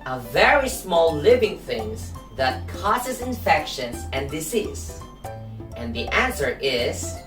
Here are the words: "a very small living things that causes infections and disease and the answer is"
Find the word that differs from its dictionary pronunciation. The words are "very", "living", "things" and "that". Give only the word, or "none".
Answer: none